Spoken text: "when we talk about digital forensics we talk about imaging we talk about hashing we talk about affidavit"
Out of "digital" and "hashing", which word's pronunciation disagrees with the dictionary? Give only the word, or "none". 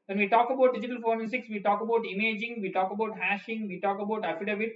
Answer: none